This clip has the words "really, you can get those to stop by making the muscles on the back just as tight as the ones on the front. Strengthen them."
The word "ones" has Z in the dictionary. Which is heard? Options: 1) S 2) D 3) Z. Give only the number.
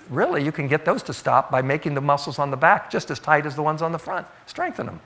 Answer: 3